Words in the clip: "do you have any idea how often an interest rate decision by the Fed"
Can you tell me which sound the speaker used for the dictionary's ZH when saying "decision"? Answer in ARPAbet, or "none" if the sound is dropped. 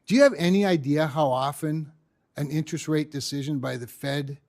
ZH